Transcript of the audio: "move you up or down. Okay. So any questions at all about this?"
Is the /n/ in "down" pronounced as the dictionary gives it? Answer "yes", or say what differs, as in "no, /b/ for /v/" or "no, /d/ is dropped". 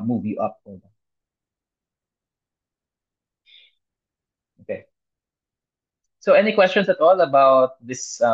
no, /n/ is dropped